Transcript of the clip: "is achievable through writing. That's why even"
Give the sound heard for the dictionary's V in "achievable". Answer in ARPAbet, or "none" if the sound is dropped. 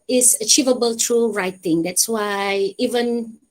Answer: V